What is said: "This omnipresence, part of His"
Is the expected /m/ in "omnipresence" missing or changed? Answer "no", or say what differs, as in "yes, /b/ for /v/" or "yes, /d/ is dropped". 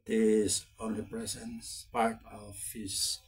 yes, /m/ is dropped